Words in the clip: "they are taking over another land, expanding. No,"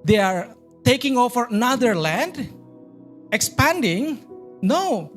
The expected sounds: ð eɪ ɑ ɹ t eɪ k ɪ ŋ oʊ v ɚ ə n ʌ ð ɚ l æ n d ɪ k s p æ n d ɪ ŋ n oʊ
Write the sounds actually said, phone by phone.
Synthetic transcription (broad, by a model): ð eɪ ɑ ɹ t eɪ k ɪ ŋ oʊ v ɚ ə n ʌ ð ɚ l æ n d ɪ k s p æ n d ɪ ŋ n oʊ